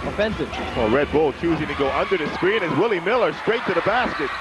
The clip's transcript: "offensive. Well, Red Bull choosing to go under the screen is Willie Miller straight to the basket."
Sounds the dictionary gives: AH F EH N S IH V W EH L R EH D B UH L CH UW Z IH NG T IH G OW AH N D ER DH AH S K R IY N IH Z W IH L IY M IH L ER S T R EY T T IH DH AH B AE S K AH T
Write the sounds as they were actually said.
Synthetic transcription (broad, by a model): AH F EH N S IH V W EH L R EH D B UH L CH UW Z IH NG T IH G OW AH N D ER DH AH S K R IY N IH Z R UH L IY M IH L ER S T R EY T T IH DH AH B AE S K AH T